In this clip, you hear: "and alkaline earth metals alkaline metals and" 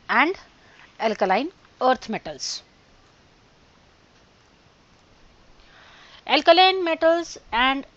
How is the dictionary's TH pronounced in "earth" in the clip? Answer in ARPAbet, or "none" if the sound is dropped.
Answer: T